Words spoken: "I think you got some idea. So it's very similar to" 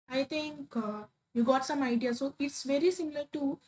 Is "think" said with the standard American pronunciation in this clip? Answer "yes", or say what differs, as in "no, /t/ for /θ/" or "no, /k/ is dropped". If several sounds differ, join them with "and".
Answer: no, /t/ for /θ/